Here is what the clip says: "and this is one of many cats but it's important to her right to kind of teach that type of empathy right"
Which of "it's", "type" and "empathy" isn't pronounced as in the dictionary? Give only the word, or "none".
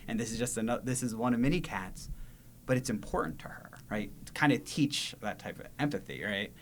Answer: none